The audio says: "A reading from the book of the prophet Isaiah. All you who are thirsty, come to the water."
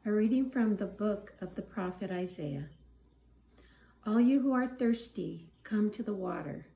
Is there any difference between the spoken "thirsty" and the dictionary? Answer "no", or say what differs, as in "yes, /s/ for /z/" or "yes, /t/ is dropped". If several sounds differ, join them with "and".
no